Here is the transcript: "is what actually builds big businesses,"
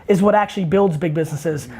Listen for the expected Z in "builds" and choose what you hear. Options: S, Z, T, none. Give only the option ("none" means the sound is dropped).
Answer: Z